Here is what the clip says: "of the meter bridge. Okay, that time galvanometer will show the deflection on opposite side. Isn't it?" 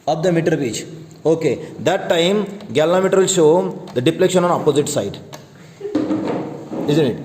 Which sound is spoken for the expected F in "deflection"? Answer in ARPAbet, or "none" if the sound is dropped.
P